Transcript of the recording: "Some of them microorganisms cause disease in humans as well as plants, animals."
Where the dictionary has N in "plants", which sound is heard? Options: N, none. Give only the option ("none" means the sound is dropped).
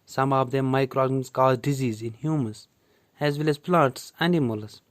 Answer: none